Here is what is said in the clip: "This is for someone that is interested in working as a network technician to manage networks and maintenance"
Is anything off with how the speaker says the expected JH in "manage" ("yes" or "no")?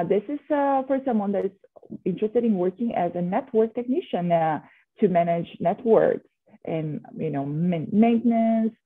no